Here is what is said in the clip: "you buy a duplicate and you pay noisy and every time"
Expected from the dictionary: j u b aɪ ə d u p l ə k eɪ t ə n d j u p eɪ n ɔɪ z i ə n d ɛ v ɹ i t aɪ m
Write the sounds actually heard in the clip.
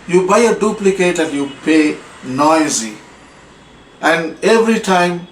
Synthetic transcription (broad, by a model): j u b aɪ ə d u p l ə k eɪ t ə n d j u p eɪ n ɔɪ z i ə n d ɛ v ɹ i t aɪ m